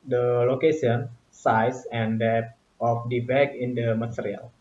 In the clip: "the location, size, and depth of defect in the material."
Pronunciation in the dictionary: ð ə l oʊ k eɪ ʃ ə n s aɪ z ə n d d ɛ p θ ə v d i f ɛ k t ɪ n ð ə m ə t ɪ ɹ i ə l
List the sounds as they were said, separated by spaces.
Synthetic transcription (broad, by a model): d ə l oʊ k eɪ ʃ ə n s aɪ s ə n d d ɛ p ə f d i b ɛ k ɪ n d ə m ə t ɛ ɹ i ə l